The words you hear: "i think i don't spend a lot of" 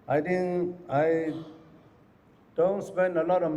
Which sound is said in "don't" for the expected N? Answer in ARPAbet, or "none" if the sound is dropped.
N